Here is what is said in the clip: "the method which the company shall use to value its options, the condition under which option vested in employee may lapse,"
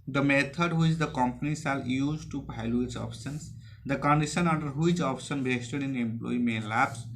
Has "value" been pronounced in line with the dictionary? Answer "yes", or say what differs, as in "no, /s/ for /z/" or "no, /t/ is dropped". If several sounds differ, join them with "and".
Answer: no, /p/ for /v/